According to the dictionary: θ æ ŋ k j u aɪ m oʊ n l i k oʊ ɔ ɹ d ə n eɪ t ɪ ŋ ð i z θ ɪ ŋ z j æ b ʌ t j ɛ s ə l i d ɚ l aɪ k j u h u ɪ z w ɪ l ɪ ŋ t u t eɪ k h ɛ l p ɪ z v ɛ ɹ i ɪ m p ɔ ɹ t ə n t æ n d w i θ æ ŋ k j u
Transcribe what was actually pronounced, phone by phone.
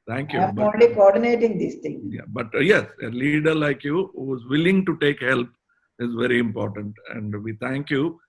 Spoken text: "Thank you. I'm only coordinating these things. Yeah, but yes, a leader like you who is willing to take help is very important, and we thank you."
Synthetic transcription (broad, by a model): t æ ŋ k j u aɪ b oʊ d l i k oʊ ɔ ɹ d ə n eɪ t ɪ ŋ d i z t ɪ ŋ j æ b ʌ t j ɛ s ə l i d ɚ l aɪ k j u h u ɪ z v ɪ l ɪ ŋ t u t eɪ k h ɛ l p ɪ z v ɛ ɹ i ɪ m p ɔ ɹ t ə n t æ n d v i t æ ŋ k j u